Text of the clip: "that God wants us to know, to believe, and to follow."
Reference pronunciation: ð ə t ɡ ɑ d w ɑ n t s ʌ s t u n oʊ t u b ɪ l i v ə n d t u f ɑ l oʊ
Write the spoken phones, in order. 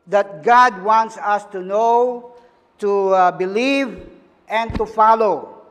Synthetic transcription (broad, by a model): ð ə t ɡ ɑ d w ɑ n t s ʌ s t u n oʊ t u b ɪ l i v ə n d t u f ɑ l oʊ